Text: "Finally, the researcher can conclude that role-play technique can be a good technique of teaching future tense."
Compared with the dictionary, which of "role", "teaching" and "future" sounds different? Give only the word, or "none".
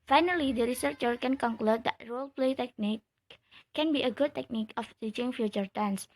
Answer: none